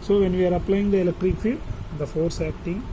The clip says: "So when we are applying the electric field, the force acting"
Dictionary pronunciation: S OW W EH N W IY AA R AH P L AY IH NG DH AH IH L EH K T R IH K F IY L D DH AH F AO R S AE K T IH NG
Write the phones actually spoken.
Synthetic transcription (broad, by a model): S OW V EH N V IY AA R AH P L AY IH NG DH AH IH L EH K T R IH K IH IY N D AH F AO R S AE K T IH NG